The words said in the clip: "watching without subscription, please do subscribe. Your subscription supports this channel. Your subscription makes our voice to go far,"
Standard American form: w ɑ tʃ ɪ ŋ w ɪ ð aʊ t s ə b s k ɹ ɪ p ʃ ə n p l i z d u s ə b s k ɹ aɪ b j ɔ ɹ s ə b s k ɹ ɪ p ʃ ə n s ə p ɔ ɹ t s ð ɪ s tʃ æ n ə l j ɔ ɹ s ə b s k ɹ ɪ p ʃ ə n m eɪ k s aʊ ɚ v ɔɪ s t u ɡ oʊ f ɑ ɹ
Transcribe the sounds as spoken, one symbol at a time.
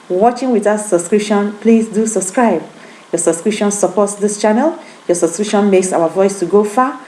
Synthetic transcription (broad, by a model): w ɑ tʃ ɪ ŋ w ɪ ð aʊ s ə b s k ɹ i p ʃ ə n p l i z d u s ə b s k ɹ aɪ b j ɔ s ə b s k ɹ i p ʃ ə n s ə p ɔ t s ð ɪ s tʃ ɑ n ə l j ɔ s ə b s k ɹ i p ʃ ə n m eɪ k s aʊ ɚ v ɔɪ s t u ɡ oʊ f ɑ